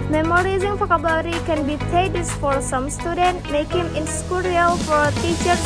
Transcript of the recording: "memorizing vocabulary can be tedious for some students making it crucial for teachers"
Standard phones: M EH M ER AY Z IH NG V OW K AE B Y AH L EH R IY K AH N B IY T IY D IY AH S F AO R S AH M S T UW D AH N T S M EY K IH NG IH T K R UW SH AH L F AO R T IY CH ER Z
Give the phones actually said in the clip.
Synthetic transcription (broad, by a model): M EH M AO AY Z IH NG F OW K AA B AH R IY K AH N B IY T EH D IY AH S F AO R S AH M S T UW D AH N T M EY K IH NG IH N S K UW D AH L F AO R T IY CH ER